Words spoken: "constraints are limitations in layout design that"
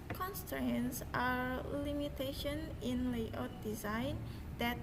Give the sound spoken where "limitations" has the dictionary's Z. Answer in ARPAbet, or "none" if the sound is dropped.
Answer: none